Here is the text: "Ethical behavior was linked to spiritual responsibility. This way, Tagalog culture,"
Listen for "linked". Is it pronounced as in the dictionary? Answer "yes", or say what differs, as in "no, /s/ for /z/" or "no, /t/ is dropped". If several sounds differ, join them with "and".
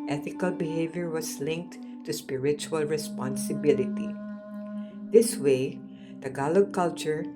yes